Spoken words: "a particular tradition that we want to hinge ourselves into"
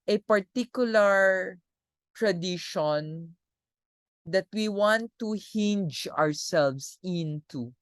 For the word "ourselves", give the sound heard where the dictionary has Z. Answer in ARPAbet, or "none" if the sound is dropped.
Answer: S